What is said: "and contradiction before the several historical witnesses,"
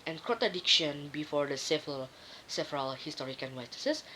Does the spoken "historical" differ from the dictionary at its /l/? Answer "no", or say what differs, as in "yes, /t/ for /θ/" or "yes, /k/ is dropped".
yes, /n/ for /l/